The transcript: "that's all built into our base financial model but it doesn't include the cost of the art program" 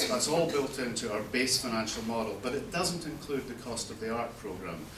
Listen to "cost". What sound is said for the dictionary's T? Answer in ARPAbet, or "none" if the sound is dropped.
T